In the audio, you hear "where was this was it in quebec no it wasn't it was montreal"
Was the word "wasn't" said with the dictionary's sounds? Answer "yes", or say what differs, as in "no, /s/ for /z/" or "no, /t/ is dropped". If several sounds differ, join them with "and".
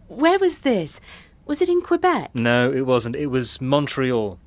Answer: yes